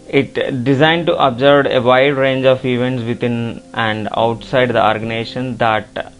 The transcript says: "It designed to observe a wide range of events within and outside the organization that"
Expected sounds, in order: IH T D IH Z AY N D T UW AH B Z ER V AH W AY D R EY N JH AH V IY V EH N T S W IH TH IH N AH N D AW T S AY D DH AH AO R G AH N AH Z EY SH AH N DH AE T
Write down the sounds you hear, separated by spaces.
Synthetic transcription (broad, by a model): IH T D IH Z AY N D T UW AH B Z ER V AH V AY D R EY N JH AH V IY V EH N T S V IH T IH N AH N D AW T S AY D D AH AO R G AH N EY SH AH N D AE T